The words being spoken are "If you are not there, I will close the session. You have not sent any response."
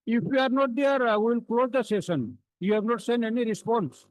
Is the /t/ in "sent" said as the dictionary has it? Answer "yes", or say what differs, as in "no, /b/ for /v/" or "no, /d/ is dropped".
no, /t/ is dropped